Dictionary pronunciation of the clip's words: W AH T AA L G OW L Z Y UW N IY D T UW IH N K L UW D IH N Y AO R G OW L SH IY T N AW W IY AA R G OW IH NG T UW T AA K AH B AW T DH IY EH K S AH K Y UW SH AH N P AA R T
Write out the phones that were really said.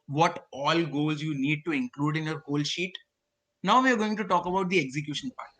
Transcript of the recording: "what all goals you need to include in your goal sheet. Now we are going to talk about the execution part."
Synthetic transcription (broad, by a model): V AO T AA L G OW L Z Y UW N IY D T UW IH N K L UW D IH N Y AO R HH OW L SH IY T N AW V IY AA R G OW IH NG T UW T AA K AH B AW T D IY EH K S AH K Y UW SH AH N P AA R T